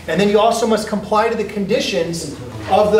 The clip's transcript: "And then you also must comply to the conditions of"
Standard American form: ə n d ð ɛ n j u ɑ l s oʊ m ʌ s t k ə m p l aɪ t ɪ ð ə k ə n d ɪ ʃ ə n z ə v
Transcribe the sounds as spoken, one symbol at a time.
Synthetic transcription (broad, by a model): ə n ð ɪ n j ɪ ɑ l s oʊ m ʌ s k ə m p l aɪ t ɪ ð ə k ə n d ɪ ʃ ə n z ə v